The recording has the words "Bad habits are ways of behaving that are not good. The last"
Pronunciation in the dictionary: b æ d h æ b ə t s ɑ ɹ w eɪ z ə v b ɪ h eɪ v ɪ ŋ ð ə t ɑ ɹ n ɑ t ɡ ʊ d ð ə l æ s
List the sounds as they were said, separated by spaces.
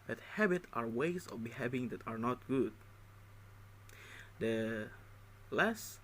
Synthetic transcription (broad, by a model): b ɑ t h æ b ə t ɑ ɹ w eɪ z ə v b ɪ h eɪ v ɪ ŋ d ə t ɑ ɹ n ɑ t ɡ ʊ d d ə l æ s